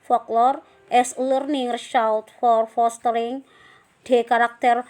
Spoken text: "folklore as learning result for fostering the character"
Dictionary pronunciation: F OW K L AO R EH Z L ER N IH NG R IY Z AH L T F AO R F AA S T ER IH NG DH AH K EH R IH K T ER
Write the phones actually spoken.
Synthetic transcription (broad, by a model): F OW K L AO R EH S L ER N IH NG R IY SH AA W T F AO R F AA S T ER IH NG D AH K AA R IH K T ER